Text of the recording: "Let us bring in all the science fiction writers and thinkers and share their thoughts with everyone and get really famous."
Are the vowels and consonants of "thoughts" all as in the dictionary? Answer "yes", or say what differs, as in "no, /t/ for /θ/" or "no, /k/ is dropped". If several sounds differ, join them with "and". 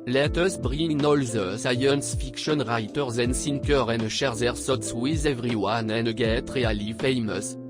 no, /s/ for /θ/